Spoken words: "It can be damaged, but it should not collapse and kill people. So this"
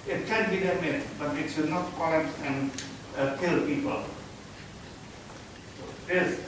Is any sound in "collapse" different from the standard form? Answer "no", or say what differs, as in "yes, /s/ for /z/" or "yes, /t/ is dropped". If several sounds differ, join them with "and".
yes, /l/ is dropped